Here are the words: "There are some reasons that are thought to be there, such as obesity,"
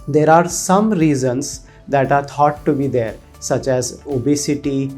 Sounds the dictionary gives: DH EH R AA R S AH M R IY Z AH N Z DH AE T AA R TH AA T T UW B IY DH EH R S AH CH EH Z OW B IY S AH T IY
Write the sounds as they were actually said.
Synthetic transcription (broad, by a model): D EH R AA R S AH M R IY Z AH N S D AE T AA R T AA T T UW B IY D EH R S AH CH EH Z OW B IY S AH T IY